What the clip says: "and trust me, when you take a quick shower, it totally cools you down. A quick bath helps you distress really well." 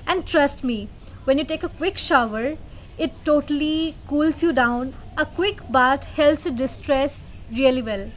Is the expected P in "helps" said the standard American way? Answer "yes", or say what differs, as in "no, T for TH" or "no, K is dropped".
no, P is dropped